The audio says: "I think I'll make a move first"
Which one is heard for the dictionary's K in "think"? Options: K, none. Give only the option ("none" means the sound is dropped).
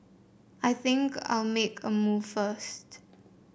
K